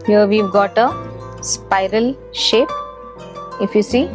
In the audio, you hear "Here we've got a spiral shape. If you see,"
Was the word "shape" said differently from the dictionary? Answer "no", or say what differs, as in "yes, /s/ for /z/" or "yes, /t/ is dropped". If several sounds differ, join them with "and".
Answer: no